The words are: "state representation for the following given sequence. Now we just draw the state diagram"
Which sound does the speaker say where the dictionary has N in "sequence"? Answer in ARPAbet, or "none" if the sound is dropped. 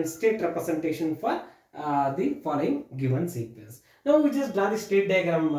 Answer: L